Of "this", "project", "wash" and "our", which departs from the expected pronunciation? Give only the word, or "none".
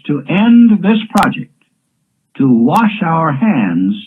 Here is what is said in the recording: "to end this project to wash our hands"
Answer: none